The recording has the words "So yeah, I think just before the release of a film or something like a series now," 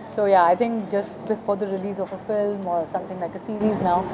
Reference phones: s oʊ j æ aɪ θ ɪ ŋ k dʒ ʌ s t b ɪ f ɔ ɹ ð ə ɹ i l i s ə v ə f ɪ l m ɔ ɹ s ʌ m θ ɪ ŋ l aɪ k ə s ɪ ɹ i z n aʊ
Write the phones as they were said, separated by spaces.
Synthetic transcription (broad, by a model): s oʊ j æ aɪ t ɪ ŋ k dʒ ʌ s t b ɪ f ɔ ɹ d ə ɹ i l i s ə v ə f ɪ l m ɔ ɹ s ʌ m t ɪ ŋ l aɪ k ə s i ɹ i z n aʊ